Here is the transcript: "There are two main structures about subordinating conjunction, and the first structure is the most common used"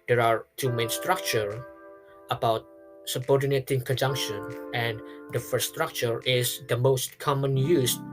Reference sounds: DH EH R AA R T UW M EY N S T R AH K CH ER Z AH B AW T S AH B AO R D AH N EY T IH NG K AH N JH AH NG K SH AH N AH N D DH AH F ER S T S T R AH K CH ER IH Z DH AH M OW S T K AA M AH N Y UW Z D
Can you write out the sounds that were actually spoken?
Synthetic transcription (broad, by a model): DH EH R AA R T UW M EY N S T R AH K CH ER AH B AW T S AH B AO R D AH N EY T IH NG K AH N JH AH NG K SH AH N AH N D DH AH F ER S S T R AH K CH ER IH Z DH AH M OW S T K AA M AH N Y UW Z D